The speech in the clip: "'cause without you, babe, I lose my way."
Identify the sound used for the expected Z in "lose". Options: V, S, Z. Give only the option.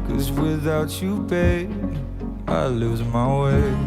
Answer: Z